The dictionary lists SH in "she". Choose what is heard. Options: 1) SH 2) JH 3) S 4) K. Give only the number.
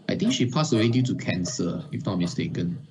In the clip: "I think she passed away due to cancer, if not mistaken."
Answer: 1